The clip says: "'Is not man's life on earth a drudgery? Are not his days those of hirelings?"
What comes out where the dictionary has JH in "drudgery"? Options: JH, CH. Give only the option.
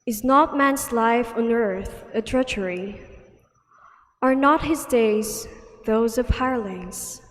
CH